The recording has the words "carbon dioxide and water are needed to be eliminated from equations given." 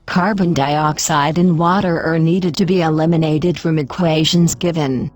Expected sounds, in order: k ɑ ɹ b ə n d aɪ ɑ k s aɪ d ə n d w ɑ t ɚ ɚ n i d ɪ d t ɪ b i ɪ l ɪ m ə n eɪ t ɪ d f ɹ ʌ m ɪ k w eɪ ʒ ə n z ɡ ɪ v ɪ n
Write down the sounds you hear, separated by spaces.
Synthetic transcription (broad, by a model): k ɑ ɹ b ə n d aɪ ɑ k s aɪ d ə n w ɑ t ɚ ɚ n i d ɪ d t ɪ b i ɪ l ɪ m ə n eɪ t ɪ d f ɹ ʌ m ɪ k w eɪ ʒ ə n z ɡ ɪ v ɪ n